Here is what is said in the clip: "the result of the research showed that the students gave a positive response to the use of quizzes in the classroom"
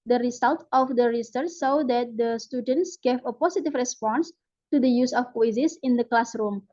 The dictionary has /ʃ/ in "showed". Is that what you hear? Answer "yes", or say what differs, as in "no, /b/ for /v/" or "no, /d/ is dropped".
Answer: no, /s/ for /ʃ/